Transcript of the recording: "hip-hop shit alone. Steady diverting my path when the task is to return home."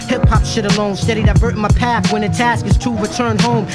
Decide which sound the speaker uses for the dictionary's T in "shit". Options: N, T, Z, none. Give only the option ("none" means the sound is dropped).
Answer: T